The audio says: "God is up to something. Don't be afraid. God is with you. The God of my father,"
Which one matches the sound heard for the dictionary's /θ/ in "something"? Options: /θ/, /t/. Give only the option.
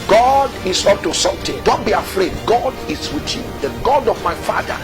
/t/